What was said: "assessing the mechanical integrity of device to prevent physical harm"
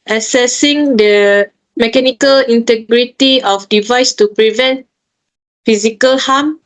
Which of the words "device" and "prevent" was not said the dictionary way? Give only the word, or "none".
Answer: none